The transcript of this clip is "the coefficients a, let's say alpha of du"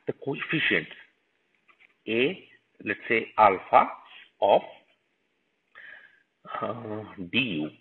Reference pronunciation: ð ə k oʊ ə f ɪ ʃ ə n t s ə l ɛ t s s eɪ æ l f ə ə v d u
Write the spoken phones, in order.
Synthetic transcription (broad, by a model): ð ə k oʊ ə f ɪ ʃ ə n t ə l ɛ t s s eɪ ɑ l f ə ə f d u